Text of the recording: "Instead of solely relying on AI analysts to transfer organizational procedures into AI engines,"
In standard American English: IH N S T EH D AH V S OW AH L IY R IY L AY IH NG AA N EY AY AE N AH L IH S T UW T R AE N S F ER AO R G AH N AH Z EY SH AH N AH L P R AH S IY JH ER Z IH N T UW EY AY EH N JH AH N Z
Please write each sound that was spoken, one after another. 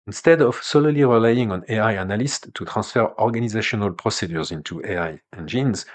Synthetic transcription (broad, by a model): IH N S T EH D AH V S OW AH L IY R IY L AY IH NG AA N EY AY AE N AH L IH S T UW T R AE S F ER AO R G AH N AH Z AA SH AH N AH L P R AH S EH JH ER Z IH N T UW EY AY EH N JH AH N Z